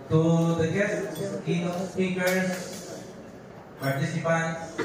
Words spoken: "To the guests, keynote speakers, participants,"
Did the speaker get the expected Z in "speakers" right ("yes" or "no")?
no